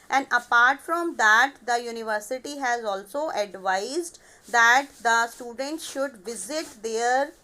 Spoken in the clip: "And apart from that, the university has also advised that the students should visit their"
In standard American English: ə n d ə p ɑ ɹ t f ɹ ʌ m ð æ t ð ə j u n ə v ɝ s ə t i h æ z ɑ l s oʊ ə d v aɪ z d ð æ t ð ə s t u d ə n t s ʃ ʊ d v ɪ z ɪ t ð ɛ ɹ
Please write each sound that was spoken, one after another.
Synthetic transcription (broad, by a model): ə n d ə p ɑ ɹ t f ɹ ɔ m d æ t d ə j u n ə v ɝ s ə t i h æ z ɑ l s oʊ ə d v aɪ z d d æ t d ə s t u d ə n t s ʃ ʊ d v ɪ z ɪ t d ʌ ɹ